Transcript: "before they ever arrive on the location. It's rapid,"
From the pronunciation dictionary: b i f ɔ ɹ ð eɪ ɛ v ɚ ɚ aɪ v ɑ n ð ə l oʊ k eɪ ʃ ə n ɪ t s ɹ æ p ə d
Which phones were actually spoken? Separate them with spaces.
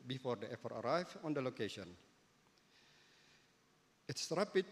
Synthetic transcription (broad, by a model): b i f ɔ ɹ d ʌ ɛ f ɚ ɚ aɪ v ɑ n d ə l oʊ k eɪ ʃ ə n ɪ t s ɹ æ p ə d